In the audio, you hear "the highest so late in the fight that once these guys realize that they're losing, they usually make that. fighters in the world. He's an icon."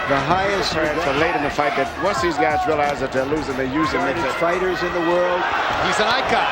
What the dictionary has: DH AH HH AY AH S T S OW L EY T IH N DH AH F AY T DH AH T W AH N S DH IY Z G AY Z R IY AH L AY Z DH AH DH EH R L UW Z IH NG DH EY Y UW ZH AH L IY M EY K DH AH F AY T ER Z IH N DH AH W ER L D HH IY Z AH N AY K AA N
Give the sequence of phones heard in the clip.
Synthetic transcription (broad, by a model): DH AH HH AY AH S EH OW L EY T IH N DH AH F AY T DH AH T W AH S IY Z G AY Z R IY AH L AY Z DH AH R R L UW Z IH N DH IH Y UW Z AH N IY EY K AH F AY T ER Z IH N DH AH W ER L D HH IY Z AH N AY K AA